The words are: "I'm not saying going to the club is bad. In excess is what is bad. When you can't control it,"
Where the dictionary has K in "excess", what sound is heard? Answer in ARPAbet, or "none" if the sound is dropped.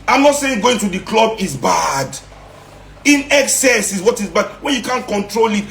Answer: K